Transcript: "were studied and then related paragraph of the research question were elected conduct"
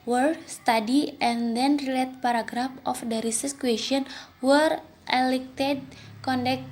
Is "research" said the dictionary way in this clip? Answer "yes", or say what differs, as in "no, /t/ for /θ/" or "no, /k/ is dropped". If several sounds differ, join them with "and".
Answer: no, /s/ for /tʃ/